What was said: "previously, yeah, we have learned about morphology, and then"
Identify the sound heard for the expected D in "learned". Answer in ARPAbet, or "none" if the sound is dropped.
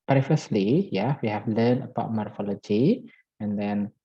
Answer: none